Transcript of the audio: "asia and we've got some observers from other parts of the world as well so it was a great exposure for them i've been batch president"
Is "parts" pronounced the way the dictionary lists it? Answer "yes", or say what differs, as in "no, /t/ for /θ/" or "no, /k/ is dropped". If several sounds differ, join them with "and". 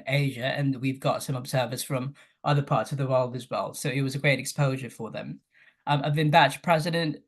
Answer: yes